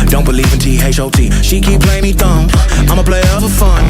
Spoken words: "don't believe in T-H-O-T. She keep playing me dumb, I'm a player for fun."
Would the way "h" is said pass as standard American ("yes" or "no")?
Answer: no